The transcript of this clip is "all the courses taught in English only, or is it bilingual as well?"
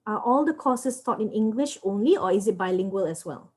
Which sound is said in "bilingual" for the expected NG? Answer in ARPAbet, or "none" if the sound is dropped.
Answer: NG